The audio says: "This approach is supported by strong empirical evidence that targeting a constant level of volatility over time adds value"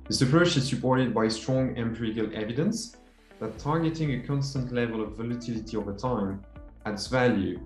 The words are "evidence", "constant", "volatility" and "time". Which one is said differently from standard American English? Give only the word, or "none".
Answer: none